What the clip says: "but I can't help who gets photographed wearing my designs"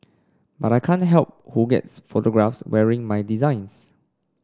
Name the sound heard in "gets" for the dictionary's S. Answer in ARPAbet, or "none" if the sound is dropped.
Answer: S